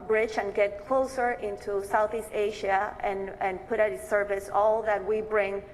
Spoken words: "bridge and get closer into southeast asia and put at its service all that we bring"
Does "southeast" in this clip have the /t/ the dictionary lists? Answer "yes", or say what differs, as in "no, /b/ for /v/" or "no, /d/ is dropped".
yes